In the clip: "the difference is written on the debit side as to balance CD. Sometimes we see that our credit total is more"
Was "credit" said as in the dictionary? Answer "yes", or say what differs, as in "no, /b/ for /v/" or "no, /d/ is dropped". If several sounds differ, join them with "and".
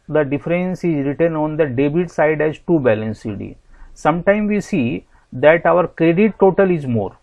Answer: yes